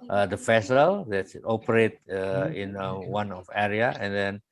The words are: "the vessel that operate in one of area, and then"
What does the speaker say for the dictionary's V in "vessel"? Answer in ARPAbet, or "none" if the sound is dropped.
F